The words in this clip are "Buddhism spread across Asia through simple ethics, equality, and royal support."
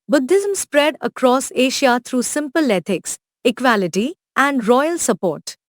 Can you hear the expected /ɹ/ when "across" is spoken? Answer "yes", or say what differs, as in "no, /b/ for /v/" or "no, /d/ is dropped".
yes